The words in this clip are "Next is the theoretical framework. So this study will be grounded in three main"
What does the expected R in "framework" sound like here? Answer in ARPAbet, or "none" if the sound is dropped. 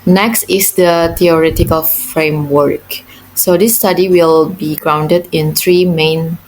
R